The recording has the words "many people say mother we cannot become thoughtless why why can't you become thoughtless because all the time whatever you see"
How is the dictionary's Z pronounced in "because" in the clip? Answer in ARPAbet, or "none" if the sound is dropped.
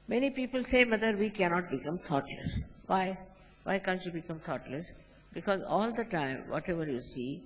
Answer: Z